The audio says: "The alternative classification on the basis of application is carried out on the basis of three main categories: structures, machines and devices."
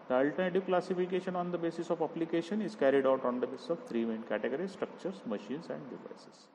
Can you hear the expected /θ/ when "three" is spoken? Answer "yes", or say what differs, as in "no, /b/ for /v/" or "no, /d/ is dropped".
no, /t/ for /θ/